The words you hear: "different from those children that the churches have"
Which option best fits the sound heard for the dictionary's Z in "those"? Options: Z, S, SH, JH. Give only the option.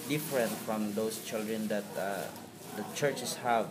S